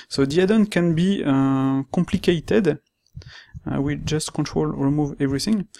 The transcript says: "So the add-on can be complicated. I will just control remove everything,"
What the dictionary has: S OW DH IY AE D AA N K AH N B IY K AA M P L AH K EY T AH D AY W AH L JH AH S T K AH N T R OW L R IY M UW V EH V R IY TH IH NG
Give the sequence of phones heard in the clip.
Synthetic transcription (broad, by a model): S OW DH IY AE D AA N K AH N B IY K AA M P L AH K EY T AH D W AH JH AH S T K AH N T R OW L R IY M UW V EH V R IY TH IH NG